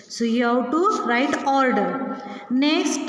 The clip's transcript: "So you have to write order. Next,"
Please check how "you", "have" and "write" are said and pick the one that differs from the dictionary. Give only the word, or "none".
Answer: have